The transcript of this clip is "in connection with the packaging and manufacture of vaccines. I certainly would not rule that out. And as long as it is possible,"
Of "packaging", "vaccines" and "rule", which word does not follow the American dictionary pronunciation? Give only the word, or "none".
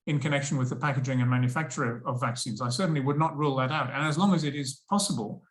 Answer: none